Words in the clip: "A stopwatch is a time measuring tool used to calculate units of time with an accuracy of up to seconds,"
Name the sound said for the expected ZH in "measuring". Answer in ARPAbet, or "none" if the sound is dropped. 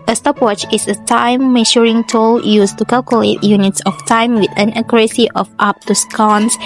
SH